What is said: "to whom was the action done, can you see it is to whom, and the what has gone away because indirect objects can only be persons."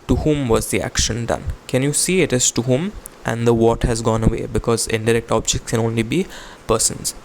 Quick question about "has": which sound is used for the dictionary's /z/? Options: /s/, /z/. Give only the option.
/z/